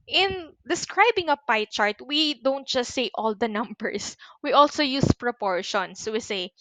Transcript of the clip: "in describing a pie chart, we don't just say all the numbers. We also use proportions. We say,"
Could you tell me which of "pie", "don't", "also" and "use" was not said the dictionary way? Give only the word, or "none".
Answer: none